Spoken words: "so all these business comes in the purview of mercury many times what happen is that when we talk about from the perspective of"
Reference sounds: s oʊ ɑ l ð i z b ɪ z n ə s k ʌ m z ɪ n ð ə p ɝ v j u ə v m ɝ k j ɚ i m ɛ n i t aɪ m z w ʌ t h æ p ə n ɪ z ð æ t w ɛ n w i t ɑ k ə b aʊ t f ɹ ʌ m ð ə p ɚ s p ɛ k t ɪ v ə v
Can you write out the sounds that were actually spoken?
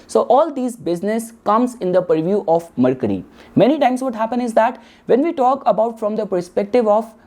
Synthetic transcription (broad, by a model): s oʊ ɑ l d i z b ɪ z n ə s k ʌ m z ɪ n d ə p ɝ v j u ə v m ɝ k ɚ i m ɛ n i t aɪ m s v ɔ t h æ p ə n ɪ z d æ t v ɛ n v i t ɑ k ə b aʊ t f ɹ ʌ m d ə p ɚ s p ɛ k t ɪ v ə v